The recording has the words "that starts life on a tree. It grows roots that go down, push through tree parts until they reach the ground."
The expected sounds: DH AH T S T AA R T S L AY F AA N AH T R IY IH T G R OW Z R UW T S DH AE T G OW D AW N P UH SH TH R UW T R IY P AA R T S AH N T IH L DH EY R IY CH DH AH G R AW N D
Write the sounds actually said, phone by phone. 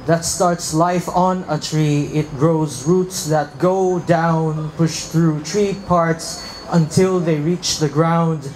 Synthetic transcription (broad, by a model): DH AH T S T AA R T S L AY F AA N AH T R IY IH T G R OW Z R UW T S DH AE T G OW D AW N P UH SH TH R UW T R IY P AA R T S AH N T IH L DH EY R IY CH DH AH G R AW N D